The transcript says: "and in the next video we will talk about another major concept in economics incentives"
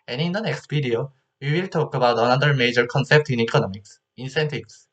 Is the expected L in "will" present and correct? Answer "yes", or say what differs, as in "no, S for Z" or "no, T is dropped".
yes